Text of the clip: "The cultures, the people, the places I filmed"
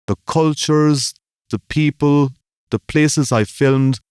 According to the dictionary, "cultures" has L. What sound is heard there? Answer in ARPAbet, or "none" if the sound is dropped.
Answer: L